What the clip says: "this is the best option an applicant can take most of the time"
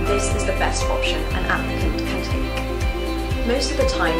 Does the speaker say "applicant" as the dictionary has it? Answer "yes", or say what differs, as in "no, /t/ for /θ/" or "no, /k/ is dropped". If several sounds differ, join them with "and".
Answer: no, /n/ is dropped